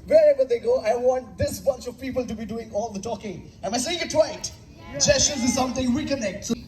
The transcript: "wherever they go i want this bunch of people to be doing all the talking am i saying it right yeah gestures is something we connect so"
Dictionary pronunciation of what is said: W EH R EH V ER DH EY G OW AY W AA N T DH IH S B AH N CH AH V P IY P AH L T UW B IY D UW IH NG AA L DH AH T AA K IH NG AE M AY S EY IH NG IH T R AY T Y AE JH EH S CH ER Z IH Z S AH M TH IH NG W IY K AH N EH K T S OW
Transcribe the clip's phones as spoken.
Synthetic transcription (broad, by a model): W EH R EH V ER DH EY G OW AY W AA N T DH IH S B AH N CH AH V P IY P AH L T UW B IY D UW IH NG AA L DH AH T AA K IH NG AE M AY S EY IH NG IH T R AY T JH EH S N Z IH Z S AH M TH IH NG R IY K AH N EH K T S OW